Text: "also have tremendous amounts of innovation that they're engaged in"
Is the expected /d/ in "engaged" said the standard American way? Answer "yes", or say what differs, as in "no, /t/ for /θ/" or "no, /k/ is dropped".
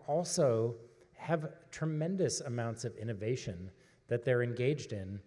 yes